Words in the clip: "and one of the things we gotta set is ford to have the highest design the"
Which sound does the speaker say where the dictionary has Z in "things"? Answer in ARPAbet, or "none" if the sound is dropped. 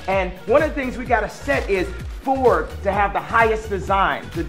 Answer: Z